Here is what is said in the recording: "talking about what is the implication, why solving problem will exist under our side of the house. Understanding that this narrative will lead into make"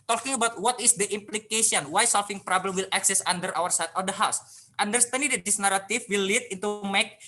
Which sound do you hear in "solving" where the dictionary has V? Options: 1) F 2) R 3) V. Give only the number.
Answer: 1